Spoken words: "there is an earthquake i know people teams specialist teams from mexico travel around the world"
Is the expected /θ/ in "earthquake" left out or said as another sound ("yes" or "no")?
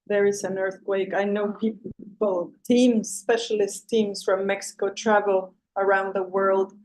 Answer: no